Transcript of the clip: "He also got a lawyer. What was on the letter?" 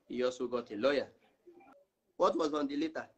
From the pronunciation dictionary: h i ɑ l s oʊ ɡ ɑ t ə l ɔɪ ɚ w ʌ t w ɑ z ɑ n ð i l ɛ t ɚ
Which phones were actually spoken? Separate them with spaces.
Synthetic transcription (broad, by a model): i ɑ s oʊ ɡ ɑ t ə l ɔɪ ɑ w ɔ t w ɑ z ɑ n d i l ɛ t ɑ